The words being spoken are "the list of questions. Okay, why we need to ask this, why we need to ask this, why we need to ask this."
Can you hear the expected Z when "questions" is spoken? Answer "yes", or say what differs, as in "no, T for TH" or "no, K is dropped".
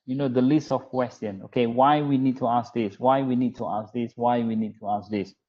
no, Z is dropped